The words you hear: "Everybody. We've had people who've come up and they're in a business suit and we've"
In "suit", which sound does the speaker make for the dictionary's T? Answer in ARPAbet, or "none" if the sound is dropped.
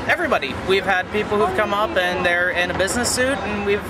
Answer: T